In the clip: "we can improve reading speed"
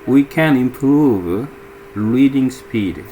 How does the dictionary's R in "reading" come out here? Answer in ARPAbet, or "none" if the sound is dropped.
L